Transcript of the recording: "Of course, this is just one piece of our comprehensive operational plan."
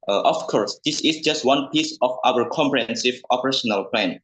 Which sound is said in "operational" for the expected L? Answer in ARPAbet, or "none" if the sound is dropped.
L